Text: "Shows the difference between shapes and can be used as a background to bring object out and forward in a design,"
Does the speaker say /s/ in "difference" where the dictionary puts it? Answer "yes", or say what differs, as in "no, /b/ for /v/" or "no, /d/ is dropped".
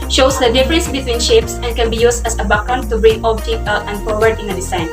yes